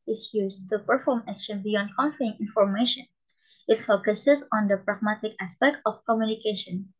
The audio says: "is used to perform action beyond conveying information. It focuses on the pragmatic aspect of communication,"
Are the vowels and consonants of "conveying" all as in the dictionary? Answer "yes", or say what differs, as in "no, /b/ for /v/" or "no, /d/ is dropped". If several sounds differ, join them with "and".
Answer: no, /f/ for /v/